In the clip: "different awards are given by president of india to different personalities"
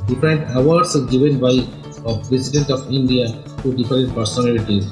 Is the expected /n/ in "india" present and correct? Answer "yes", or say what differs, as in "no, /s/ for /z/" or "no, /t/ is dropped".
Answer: yes